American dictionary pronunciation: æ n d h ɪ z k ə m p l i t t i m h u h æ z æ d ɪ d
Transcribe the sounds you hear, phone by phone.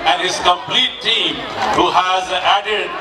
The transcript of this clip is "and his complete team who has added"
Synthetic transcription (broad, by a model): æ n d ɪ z k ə m p l i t t i m h u h æ z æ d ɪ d